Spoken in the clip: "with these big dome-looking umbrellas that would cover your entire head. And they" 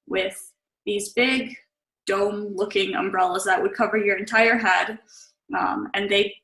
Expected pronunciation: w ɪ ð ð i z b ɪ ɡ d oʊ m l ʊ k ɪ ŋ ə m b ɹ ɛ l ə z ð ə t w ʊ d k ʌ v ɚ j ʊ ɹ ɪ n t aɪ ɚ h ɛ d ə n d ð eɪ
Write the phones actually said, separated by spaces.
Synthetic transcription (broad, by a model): w ɪ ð ð i z b ɪ ɡ d oʊ m l ʊ k ɪ ŋ ə m b ɹ ɛ l ə z ð ə t w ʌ d k ʌ v ɚ j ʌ ɹ ɪ n t aɪ ɚ h ɛ d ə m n ð eɪ